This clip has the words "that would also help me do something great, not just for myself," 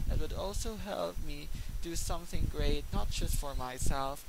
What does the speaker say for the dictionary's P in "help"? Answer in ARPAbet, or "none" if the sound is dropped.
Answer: P